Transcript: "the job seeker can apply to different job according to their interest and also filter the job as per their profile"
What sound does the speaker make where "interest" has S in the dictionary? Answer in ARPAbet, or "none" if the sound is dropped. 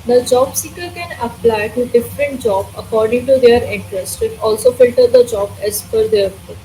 S